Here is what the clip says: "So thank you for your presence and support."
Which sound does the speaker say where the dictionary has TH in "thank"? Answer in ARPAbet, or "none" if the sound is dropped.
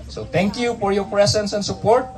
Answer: T